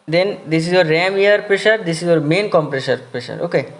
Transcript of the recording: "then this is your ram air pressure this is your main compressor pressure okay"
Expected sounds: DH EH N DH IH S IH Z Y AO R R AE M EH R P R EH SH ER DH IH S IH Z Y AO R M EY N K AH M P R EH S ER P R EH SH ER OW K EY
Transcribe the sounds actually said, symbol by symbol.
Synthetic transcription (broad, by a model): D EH N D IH S IH Z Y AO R R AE M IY R P R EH SH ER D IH S IH Z Y AO R M EY N K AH M P R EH SH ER P R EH SH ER OW K EY